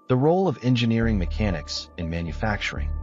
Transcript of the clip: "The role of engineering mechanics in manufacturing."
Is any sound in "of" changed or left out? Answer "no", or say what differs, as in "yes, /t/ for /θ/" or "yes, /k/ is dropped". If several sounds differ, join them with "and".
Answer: no